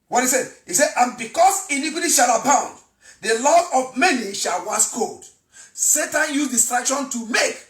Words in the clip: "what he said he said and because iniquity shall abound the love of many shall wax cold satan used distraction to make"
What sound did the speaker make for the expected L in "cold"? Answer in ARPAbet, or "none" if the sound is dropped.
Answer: none